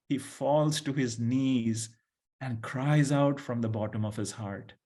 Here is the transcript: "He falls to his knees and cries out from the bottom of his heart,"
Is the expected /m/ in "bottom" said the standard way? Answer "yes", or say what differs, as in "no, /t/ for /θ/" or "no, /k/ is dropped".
yes